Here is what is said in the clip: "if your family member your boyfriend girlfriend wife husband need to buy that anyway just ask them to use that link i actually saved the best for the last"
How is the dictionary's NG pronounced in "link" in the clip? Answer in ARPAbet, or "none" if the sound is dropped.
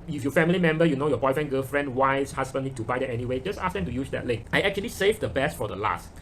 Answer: none